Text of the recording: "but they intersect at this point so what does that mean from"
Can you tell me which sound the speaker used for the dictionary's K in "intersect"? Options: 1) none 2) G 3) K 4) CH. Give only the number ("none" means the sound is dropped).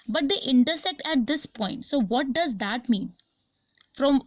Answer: 3